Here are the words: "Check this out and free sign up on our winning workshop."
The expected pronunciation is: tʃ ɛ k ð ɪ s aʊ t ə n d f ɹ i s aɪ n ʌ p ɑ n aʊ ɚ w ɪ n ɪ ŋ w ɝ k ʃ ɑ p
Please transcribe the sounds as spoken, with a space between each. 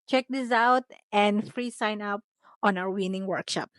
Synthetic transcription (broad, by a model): tʃ ɛ k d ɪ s aʊ t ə n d f ɹ i s aɪ n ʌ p ɑ n aʊ ɚ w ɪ n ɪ ŋ w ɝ k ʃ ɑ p